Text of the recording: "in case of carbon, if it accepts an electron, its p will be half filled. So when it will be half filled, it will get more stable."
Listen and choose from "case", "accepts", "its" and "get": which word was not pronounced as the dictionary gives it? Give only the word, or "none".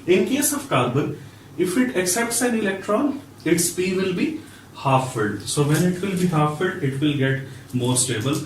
none